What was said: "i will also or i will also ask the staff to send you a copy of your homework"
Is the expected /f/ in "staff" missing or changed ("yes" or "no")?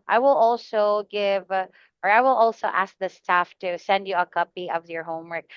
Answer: no